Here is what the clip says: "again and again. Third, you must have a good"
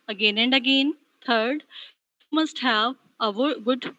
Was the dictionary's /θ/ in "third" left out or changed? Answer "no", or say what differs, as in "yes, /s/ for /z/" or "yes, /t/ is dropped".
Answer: yes, /t/ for /θ/